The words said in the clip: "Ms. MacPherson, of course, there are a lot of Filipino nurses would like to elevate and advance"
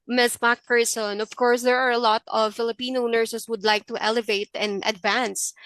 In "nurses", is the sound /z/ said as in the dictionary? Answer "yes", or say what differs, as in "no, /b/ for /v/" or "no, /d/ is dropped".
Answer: no, /s/ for /z/